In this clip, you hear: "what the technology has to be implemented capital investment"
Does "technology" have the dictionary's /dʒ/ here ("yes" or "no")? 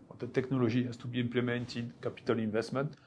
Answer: no